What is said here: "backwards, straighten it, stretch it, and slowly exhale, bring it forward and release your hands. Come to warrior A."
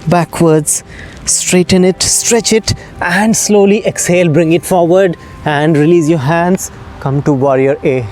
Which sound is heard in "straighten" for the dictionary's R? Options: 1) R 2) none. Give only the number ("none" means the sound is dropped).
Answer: 1